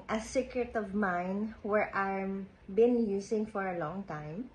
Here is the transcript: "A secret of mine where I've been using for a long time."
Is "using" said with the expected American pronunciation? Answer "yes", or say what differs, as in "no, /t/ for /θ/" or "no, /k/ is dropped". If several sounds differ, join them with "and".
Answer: no, /s/ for /z/